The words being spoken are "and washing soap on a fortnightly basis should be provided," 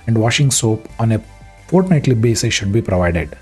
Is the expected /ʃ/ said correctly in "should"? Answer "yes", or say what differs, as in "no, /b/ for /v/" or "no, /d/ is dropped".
yes